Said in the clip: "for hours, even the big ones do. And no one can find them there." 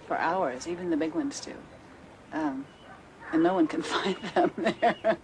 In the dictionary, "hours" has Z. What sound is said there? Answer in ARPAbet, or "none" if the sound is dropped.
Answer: Z